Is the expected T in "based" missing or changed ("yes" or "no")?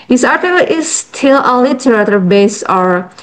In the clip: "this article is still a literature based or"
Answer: yes